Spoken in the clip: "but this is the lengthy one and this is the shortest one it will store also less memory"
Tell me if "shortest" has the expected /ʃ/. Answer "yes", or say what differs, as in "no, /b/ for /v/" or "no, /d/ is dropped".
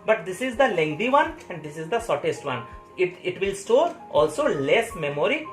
no, /s/ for /ʃ/